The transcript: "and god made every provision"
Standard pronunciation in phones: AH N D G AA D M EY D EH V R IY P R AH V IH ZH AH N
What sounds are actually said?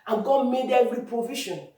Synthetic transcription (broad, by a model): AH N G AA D M EY D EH R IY P R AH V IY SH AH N